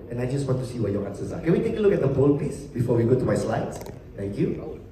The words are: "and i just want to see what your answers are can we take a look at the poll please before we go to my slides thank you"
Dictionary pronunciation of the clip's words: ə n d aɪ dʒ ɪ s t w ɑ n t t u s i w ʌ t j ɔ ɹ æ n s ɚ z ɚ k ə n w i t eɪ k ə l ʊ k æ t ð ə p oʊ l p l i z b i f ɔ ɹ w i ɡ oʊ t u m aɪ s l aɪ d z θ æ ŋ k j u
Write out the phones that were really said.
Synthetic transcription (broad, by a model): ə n aɪ dʒ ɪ s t w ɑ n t t u s i w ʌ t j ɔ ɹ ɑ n s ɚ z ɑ k ə n w i t eɪ k ə l ʊ k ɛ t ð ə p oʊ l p i s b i f ɔ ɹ w i ɡ oʊ t u m aɪ s l aɪ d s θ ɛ ŋ k j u